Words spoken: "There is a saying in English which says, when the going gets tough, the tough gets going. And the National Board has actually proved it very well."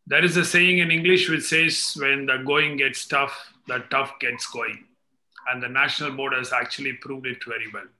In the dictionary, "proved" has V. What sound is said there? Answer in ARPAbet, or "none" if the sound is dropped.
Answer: V